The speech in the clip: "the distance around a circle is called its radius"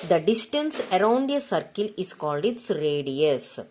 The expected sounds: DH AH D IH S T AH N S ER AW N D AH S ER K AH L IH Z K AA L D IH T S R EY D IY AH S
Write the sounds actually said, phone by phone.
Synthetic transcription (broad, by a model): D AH D IH S T AH N S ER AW N D AH S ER K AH L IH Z K AA L D IH T S R EY D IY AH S